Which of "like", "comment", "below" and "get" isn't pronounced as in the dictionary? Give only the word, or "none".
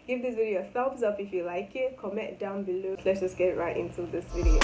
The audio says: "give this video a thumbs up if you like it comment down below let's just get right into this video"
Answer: comment